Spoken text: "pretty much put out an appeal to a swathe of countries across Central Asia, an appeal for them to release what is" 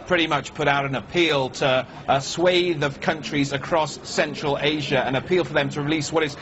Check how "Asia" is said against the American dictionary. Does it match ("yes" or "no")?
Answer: yes